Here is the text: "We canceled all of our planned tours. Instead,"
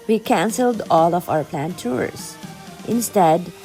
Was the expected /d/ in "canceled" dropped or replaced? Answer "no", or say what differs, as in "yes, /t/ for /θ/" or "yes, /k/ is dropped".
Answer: no